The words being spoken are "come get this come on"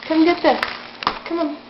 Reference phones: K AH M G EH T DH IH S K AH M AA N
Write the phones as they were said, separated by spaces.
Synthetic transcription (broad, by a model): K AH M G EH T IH K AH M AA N